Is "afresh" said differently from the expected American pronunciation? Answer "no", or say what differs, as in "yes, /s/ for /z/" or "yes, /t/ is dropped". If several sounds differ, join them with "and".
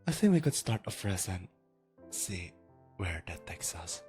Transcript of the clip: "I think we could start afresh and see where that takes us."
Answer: yes, /s/ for /ʃ/